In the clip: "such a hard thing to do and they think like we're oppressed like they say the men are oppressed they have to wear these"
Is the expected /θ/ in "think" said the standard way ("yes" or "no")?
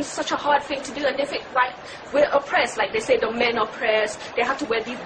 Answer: no